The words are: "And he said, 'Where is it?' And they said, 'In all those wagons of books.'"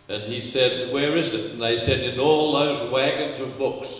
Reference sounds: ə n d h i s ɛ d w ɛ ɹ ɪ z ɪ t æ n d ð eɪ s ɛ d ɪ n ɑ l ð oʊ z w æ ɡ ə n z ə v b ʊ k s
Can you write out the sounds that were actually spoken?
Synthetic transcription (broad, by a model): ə n i s ɛ d w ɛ ɹ ɪ z ɪ t n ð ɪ s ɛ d ɪ n ɑ l ð oʊ z w æ ɡ ə n z ə v b ʊ k s